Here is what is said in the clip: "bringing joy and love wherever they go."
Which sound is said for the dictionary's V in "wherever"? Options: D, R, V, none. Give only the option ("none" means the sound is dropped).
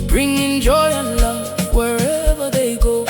V